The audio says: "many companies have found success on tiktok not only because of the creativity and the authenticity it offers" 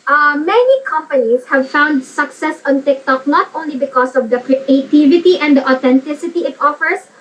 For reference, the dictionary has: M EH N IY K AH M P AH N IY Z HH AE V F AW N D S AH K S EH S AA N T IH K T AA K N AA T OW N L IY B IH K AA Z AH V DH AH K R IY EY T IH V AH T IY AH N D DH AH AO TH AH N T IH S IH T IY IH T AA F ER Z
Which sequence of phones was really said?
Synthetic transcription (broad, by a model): M EH N IY K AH M P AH N IY S HH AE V F AW N D S AH K S EH S AA N T IH K T AA K L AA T OW N L IY B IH K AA S AH V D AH K R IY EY T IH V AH T IY AH N D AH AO T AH N T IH S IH T IY IH T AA F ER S